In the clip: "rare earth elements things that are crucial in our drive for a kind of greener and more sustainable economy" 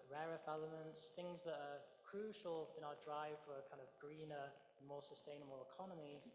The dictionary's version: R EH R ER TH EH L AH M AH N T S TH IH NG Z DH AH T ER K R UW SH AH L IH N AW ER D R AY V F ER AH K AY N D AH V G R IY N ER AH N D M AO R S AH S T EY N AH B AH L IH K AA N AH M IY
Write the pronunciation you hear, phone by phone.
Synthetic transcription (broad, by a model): R EH R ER F EH L AH M AH N T S TH IH NG Z DH AH T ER K R UW SH AH L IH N AW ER D R AY V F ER AH K AY N D AH V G R IY N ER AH N M AO S AH S T EY N AH B AH L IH K AA N AH M IY